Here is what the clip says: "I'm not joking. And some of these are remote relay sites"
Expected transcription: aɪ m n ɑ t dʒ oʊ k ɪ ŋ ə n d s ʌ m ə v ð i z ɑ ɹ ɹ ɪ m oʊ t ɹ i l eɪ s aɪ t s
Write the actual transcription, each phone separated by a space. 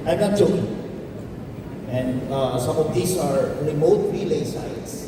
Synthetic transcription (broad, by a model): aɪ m n ɑ t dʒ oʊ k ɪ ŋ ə n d s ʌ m ə v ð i s ɑ ɹ ɹ ɪ m oʊ t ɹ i l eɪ s aɪ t s